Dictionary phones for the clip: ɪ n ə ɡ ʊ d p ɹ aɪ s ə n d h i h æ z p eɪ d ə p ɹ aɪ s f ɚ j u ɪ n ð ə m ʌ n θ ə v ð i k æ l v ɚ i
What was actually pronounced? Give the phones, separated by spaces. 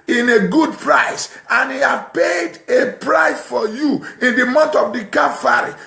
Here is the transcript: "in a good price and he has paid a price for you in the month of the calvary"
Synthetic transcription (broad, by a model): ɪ n ə ɡ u d p ɹ aɪ s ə n h i h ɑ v p eɪ d ə p ɹ aɪ s f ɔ j u ɪ n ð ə m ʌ n t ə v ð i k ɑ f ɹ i